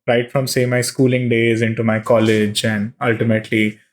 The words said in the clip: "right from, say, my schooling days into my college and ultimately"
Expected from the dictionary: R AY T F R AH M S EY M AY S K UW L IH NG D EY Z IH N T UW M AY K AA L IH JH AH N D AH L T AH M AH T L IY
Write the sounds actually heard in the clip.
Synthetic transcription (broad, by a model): R AY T F R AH M S EY M AY S K UW L IH NG D EY Z IH N T UW M AY K AA L IH JH AH N D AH L T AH M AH T L IY